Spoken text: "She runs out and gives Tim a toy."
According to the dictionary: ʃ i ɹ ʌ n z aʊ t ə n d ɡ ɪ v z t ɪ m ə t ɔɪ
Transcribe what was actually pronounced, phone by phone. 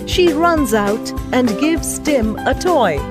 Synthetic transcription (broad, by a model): ʃ i ɹ ʌ n z aʊ t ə n ɡ ɪ v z t ɪ m ə t ɔɪ